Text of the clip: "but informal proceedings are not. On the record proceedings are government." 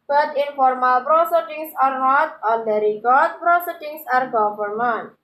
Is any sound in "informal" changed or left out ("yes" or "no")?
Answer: no